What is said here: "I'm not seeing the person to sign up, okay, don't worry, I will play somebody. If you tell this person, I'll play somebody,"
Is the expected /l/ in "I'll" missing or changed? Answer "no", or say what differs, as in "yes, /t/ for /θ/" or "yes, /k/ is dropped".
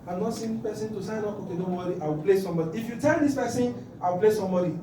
yes, /w/ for /l/